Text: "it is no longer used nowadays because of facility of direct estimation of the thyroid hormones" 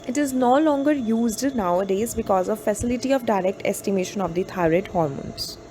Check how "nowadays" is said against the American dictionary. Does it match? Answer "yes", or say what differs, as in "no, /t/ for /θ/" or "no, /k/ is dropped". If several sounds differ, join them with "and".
yes